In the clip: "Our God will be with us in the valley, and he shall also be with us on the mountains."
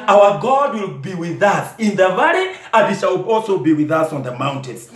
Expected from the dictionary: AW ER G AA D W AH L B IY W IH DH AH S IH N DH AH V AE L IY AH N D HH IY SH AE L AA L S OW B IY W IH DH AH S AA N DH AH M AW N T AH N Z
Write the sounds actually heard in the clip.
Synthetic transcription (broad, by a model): AW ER G AA D W AH L B IY W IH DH AH S IH N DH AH V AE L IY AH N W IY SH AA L AA L S OW B IY W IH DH AH S AA N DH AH M AW N T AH N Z